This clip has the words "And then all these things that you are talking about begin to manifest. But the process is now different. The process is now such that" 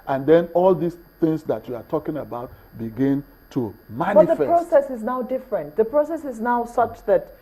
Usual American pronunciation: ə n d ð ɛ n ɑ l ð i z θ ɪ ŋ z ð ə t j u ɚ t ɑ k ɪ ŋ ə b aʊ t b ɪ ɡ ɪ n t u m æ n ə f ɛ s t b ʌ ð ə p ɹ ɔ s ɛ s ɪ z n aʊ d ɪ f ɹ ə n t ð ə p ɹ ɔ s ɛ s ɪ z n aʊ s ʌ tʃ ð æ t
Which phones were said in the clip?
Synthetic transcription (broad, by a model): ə n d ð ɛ n ɑ l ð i s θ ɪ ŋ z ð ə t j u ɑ t ɑ k ɪ ŋ ə b aʊ t b ɪ ɡ ɪ n t u m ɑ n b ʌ t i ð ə f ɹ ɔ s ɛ s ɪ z n aʊ d ɪ f ɹ ə n t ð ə p ɹ ɔ s ɛ s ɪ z n aʊ s ʌ tʃ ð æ t